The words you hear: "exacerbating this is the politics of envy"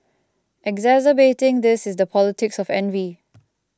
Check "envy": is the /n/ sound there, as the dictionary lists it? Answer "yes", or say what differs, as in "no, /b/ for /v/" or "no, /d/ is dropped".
yes